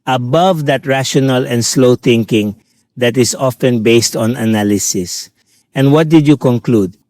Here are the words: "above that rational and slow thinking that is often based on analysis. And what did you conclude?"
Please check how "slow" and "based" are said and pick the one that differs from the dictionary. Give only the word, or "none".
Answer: none